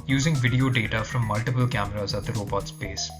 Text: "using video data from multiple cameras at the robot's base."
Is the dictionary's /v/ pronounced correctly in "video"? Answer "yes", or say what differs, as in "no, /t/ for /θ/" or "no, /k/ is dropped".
yes